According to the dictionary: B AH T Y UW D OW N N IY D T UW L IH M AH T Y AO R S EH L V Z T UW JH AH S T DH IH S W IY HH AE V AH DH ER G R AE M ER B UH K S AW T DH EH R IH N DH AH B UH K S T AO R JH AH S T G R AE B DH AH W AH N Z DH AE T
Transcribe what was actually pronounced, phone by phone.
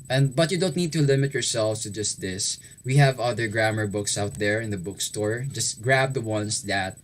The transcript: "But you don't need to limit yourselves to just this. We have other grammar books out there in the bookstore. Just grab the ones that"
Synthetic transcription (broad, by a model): B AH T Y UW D OW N N IY D T UW L IH M AH T Y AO R S EH L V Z T UW JH AH S T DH IH S W IY HH AE V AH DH ER G R AE M ER B UH K S AW T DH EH R IH N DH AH B UH K S T AO R JH AH S T G R AE B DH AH W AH N S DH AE T